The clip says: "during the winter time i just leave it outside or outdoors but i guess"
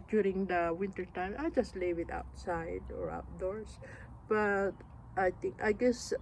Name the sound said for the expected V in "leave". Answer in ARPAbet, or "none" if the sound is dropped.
W